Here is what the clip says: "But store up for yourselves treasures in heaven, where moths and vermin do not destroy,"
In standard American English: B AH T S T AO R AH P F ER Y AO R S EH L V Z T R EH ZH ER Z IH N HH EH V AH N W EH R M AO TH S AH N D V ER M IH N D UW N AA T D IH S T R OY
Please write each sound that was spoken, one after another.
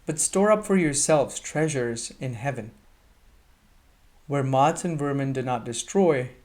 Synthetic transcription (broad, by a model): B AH T S T AO R AH P F ER Y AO R S EH L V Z T R EH ZH ER Z IH N HH EH V AH N W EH R M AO T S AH N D V ER M IH N D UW N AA T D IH S T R OY